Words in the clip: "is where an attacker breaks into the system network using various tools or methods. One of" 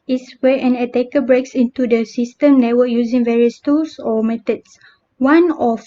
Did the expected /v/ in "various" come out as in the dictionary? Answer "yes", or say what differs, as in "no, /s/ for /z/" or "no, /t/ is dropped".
yes